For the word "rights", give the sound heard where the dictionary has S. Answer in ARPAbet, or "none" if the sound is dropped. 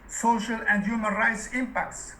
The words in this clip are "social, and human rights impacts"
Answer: S